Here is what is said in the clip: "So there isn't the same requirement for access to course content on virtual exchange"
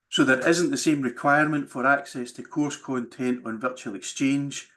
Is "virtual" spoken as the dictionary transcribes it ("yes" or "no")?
yes